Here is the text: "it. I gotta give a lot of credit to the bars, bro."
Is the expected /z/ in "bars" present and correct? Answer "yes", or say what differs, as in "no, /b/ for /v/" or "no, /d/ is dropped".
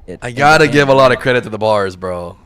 yes